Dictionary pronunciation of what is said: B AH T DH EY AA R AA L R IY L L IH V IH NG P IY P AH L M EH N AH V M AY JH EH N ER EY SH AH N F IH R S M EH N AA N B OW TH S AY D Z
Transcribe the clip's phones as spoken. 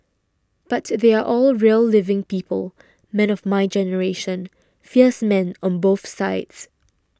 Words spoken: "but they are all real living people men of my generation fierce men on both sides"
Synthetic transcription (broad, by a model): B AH T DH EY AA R AA L R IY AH L IH V IH NG P IY P AH L M EH N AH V M AY JH EH N ER EY SH AH N F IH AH S M EH N AA N B OW TH S AY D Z